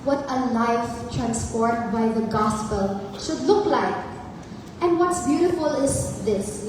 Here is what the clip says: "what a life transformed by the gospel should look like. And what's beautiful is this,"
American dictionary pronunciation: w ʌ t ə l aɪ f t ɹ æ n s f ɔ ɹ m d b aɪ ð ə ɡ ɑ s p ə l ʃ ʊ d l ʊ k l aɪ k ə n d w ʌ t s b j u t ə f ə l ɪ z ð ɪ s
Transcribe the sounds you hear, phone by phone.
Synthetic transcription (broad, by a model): w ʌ t ə l aɪ f t ɹ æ n s p ɔ ɹ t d b aɪ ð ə ɡ ɑ s p ə l ʃ ʊ d l ʊ k l aɪ k ə n d w ʌ t s b j u t ə f ə l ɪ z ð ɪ s